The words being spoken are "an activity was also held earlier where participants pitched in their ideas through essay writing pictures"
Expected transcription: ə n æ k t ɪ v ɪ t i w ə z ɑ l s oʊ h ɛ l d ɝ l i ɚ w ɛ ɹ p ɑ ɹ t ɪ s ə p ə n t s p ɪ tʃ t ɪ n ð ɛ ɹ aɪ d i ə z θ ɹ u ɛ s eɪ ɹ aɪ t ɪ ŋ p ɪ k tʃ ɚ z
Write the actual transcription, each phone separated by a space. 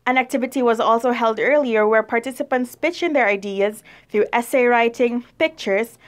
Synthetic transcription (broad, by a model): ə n æ k t ɪ v ɪ t i w ə z ɑ l s oʊ h ɛ l d ɝ l i ɚ w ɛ ɹ p ɑ ɹ t ɪ s ə p ə n t s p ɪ tʃ ɪ n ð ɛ ɹ aɪ d i ə z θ ɹ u ɛ s eɪ ɹ aɪ t ɪ ŋ p ɪ k tʃ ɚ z